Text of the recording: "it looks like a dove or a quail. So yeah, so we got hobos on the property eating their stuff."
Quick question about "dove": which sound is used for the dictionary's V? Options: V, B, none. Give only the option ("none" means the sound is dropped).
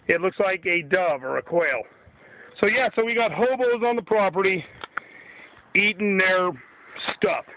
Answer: V